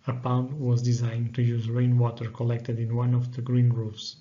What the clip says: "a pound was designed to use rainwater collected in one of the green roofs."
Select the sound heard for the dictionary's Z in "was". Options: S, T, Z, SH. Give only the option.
Z